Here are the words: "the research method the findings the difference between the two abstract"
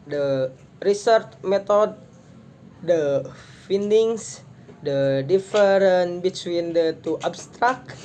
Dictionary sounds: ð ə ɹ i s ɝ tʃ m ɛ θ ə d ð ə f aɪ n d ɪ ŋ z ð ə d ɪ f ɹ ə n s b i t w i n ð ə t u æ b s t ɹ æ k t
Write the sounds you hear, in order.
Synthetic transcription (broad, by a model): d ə ɹ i s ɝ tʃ m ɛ t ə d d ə f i n d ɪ ŋ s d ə d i f ɹ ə n b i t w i n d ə t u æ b s t ɹ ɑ k